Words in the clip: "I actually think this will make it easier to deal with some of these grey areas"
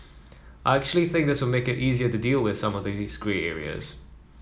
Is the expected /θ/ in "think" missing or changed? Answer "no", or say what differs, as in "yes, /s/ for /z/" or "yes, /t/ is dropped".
no